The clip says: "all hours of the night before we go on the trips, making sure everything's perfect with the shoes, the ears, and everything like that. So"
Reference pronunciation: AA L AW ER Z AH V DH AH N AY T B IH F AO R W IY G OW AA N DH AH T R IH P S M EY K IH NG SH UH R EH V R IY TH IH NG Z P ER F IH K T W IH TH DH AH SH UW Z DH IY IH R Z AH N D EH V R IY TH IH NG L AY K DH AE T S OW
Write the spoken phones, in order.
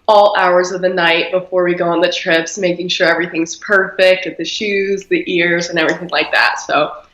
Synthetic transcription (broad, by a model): AA L AW ER Z AH V DH AH N AY T B IH F AO R W IY G OW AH N DH AH T R IH P S M EY K IH NG SH UH R EH V R IY TH IH NG Z P ER F IH K T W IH DH AH SH UW Z DH IY IH R Z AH N EH V R IY TH IH NG L AY K DH AE T S OW